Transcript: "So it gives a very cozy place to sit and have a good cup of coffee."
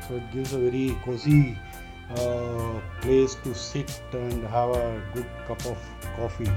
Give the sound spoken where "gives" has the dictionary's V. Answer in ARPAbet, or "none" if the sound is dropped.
none